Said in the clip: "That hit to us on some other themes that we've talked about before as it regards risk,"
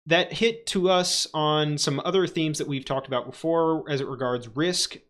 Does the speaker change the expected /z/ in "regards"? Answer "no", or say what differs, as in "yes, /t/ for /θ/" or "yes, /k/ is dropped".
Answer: no